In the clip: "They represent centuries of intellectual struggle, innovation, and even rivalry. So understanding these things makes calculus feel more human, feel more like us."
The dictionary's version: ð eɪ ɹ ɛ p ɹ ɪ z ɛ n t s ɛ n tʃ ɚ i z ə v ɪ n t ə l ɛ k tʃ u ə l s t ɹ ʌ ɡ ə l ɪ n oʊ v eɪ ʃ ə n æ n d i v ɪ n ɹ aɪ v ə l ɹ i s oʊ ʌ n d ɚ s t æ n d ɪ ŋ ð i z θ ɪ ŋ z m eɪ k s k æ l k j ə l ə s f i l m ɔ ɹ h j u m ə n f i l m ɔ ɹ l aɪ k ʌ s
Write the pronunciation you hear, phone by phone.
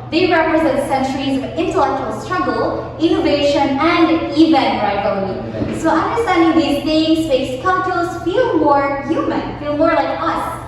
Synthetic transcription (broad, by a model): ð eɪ ɹ ɛ p ɹ ɪ z ɛ n t s ɛ n tʃ ɚ i z ə v ɪ n t ə l ɛ k tʃ u ə l s t ɹ ʌ ɡ ə l ɪ n oʊ v eɪ ʃ ə n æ n d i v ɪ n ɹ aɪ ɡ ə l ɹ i s oʊ ʌ n d ɚ s t æ n d ɪ ŋ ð i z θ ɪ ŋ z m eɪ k s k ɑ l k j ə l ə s f i l m ɔ ɹ h j u m ə n f i l m ɔ ɹ l aɪ k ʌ s